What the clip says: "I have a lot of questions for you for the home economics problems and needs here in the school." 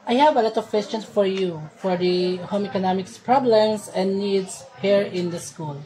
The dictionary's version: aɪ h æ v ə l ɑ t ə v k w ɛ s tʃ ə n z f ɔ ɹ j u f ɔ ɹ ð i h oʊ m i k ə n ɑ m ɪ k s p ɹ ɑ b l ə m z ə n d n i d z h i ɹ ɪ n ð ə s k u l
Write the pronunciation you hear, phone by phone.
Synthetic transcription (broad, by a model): aɪ h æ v ə l ɑ t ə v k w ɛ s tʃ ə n s f ɔ ɹ j u f ɔ ɹ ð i h oʊ m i k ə n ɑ m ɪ k s p ɹ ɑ b l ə m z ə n n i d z h i ɹ ɪ n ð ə s k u l